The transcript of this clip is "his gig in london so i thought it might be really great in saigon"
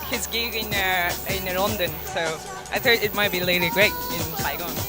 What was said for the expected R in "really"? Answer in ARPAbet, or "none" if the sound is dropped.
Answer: L